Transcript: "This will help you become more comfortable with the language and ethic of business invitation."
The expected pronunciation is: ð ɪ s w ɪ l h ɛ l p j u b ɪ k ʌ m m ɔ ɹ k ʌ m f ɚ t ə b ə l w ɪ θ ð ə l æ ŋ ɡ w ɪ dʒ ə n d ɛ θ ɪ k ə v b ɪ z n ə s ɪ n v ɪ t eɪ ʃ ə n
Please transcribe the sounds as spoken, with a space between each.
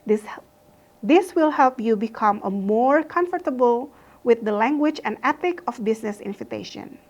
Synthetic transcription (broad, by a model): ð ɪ s w ɪ l h ɛ l p j u b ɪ k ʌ m m ɔ ɹ k ʌ m f ɚ t ə b ə l w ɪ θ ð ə l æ ŋ ɡ w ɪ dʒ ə n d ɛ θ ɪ k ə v b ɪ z n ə s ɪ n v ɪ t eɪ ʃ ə n